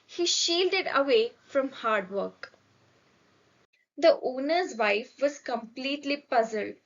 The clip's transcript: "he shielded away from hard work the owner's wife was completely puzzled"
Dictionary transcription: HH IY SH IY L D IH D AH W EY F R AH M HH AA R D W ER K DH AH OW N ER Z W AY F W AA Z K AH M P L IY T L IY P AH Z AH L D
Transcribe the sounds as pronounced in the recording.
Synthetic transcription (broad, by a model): HH IY SH IY L D IH D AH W EY F R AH M HH AA R D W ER K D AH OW N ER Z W AY F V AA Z K AH M P L IY T L IY P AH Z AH L D